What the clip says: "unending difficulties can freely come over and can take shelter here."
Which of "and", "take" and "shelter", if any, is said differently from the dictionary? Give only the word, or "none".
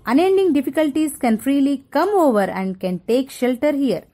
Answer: none